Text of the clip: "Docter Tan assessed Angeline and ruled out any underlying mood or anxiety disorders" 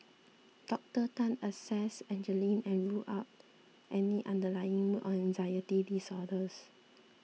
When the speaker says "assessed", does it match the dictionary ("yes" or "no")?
no